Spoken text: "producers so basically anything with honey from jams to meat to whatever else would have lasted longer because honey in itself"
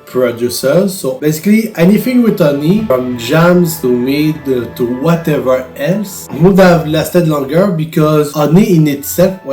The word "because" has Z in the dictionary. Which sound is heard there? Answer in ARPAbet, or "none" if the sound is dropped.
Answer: Z